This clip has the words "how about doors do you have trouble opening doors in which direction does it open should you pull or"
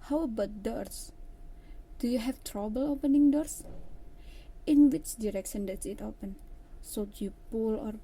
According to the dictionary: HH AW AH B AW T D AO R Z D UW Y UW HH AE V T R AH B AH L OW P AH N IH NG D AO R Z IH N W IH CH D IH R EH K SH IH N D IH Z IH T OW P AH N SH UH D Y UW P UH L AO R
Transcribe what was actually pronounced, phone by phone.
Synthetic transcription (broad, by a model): HH AW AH B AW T D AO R S D UW Y UW HH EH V T R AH B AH L OW P AH N IH NG D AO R S IH N W IH CH D IH R EH K SH IH N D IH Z IH T OW P AH N S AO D Y UW P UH L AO R